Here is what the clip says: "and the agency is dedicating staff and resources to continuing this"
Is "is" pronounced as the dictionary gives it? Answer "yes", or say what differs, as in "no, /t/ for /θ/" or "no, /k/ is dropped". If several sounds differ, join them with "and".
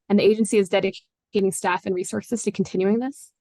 yes